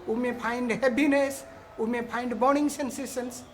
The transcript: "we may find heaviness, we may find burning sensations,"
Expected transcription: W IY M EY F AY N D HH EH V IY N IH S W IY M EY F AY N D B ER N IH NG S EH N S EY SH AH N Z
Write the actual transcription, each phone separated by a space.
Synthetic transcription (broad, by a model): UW M EY P AY N D HH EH P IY N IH S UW M EY P AY N D B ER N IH NG S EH N S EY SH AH N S